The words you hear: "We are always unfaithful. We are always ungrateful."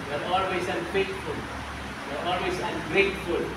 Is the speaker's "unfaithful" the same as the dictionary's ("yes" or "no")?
no